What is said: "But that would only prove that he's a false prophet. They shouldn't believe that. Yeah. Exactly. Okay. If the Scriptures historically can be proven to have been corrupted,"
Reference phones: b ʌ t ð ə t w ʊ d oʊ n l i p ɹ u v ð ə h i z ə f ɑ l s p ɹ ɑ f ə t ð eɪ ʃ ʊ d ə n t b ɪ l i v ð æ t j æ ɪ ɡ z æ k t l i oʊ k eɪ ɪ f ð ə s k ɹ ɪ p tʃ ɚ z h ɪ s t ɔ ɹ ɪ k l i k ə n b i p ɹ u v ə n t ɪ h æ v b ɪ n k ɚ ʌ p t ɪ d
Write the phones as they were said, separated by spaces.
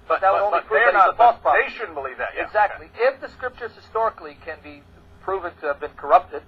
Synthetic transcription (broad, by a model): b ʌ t ð ə t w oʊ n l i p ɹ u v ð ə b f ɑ s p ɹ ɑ ə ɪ ʃ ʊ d n b ɪ l i v ð æ t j ɪ ɡ z æ k t l i ɪ f ð ə s k ɹ ɪ p tʃ ɚ z h ɪ s t ɔ ɹ ɪ k l i k ə n b i p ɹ u v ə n t ɪ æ v b ɪ n k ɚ ʌ p t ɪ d